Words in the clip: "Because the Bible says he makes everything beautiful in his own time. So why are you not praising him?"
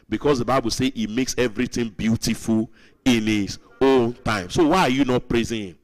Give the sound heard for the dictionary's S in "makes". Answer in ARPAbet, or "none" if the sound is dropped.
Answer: S